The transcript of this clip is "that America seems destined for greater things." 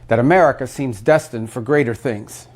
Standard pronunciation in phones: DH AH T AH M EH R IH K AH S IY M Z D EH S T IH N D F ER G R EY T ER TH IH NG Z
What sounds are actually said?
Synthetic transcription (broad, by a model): DH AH T AH M EH R IH K AH S IY M Z D EH S T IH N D F ER G R EY T ER TH IH NG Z